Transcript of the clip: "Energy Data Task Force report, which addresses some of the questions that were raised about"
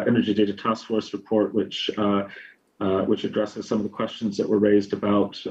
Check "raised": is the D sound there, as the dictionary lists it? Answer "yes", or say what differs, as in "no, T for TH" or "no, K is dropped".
yes